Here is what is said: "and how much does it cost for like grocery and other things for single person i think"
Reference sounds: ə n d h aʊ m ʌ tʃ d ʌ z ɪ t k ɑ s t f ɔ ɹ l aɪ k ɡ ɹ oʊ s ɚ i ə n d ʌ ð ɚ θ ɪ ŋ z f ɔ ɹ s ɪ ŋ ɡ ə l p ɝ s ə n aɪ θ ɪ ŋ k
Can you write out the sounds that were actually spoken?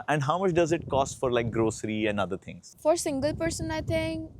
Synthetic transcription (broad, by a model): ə n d h aʊ m ʌ tʃ d ʌ z ɪ t k ɑ s t f ɔ ɹ l aɪ k ɡ ɹ oʊ s ɚ i ə n d ʌ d ɚ t ɪ ŋ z f ɔ ɹ s ɪ ŋ ɡ ə l p ɝ s ə n aɪ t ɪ ŋ k